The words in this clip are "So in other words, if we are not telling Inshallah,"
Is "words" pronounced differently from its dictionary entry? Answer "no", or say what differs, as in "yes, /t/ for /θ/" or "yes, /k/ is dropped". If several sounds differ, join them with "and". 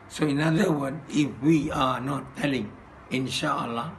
yes, /z/ is dropped